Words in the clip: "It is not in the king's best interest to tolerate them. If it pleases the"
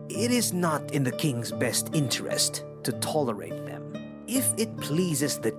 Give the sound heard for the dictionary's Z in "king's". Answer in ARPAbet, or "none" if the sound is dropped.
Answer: Z